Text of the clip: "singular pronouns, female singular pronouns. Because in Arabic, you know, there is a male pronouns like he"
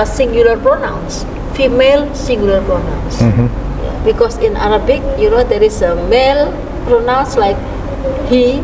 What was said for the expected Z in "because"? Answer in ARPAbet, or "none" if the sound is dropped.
S